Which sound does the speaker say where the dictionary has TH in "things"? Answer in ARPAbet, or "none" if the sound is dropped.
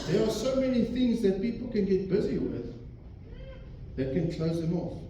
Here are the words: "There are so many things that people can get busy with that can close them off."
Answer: TH